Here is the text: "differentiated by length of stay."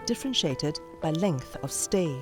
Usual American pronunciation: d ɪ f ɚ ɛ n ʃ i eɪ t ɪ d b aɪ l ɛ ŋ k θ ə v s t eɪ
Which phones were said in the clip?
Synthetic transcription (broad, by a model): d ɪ f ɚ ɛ n ʃ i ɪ t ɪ d b aɪ l ɛ ŋ k θ ə v s t eɪ